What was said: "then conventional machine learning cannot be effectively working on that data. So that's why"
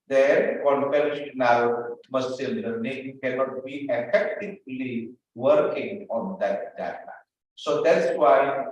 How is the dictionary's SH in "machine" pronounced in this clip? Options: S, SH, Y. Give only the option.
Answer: S